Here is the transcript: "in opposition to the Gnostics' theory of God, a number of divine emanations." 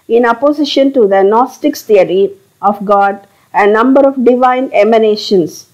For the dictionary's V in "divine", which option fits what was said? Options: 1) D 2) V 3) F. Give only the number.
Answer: 2